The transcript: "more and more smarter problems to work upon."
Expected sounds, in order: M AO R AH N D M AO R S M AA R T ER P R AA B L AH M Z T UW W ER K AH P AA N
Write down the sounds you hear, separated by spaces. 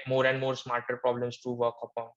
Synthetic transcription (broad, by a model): M AO R AH N D M AO R S M AA R T ER P R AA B L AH M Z T UW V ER K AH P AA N